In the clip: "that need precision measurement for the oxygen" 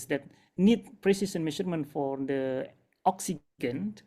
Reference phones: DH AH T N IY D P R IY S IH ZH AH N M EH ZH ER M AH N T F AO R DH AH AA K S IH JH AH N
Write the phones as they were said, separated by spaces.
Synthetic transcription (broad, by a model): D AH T N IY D P R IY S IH S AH N M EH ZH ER M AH N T F AO R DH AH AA K S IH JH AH N